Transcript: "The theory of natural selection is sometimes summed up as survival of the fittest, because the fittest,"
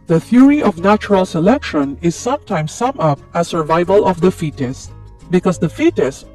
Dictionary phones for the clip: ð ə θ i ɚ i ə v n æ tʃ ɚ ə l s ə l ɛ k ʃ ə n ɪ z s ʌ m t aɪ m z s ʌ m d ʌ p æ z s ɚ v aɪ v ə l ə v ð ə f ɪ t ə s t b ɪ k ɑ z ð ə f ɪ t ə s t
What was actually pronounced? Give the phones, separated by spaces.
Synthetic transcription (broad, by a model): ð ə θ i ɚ i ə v n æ tʃ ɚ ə l s ə l ɛ k ʃ ə n ɪ z s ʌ m t aɪ m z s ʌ m ʌ p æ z s ɚ v aɪ v ə l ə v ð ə f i t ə s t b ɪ k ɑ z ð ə f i t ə s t